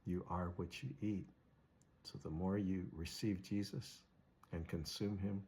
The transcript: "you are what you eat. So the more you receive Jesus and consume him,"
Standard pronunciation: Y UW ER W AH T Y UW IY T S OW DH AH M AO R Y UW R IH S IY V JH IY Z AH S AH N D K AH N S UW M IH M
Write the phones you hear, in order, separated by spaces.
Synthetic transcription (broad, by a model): Y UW ER W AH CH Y IY T S OW DH AH M AO R Y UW R IH S IY V JH IY Z AH S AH N K AH N S UW M IH M